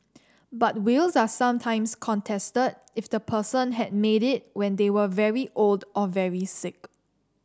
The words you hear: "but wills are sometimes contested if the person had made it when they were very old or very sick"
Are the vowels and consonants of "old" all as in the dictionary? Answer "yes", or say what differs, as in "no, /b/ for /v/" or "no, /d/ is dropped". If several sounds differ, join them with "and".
yes